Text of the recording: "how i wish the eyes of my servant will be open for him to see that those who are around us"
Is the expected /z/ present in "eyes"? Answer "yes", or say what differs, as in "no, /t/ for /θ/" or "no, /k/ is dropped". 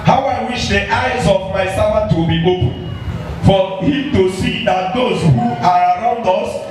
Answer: yes